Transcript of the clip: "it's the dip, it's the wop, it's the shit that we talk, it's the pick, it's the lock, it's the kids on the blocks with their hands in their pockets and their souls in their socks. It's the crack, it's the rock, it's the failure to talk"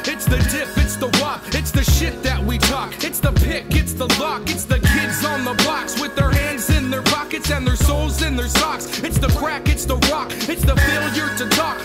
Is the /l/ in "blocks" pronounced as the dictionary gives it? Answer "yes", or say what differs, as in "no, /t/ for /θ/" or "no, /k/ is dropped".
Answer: no, /l/ is dropped